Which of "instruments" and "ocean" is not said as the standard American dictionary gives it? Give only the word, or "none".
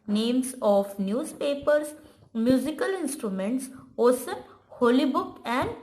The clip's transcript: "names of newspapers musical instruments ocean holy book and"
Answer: ocean